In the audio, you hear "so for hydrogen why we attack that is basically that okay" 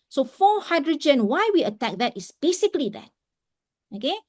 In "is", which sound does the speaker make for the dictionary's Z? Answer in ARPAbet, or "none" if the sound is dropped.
S